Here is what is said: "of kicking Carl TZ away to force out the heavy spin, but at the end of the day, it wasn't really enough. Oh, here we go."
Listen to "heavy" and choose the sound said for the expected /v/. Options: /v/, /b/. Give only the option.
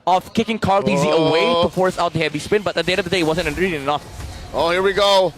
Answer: /b/